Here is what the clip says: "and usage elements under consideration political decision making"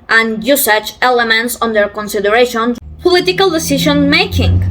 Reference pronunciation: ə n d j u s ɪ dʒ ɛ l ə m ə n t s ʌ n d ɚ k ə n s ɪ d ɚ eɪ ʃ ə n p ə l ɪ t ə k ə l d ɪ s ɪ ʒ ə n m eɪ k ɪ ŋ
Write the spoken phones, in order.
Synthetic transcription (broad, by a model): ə n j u s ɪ tʃ ɛ l ə m ə n t s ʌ n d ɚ k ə n s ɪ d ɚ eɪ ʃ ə n p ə l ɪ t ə k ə l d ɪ s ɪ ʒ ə n m eɪ k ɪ ŋ